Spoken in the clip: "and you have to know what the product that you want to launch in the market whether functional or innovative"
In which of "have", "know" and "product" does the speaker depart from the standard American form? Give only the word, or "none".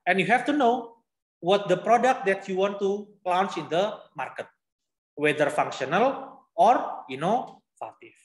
have